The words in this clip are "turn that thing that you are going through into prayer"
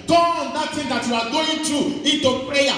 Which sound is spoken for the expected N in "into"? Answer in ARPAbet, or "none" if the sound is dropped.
N